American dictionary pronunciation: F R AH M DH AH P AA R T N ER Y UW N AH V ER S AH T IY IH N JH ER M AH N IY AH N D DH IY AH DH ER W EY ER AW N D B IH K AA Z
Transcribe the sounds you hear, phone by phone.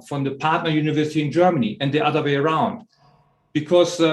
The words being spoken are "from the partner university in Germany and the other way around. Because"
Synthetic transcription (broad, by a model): F R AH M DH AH P AA R T N ER Y UW N AH V ER S AH T IY IH N JH ER M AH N IY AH N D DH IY AH DH ER W EY ER AW N D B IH K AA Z